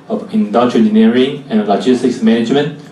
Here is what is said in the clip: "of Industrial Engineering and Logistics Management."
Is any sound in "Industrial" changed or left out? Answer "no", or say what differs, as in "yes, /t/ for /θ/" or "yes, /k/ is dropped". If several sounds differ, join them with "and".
yes, /s/ is dropped